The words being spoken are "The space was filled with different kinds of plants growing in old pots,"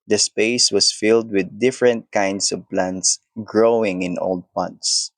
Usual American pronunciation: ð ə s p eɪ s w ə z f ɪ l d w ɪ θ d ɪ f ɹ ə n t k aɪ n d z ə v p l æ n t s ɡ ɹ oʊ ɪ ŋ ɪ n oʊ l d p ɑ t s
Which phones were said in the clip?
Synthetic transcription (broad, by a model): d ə s p eɪ s w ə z f ɪ l d w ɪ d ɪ f ɹ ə n t k aɪ n d s ə v p l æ n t s ɡ ɹ oʊ ɪ ŋ ɪ n oʊ l d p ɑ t s